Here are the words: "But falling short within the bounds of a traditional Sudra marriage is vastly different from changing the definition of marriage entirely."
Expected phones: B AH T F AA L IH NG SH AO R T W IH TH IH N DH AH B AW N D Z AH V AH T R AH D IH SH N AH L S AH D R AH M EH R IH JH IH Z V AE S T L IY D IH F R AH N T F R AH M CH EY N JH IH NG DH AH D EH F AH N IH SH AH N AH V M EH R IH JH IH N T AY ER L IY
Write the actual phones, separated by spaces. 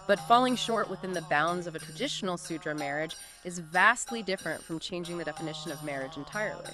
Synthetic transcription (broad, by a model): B AH T F AA L IH NG SH AO R T W IH TH IH N DH AH B AW N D Z AH V AH T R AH D IH SH N L S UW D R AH M EH R IH JH IH Z V AE S T L IY D IH F R AH N T F R AH M CH EY N JH IH NG DH AH D EH F AH N IH SH AH N AH V M EH R IH JH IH N T AY ER L IY